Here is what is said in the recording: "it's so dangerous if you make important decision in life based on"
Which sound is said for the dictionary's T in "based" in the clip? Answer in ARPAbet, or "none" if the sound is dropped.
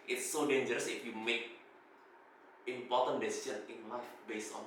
none